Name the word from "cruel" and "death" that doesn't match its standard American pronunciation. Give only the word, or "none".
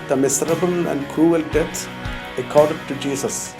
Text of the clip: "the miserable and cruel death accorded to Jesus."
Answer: death